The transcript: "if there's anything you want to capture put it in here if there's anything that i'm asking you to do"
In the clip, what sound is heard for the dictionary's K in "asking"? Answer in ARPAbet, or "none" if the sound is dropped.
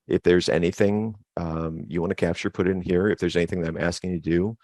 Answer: K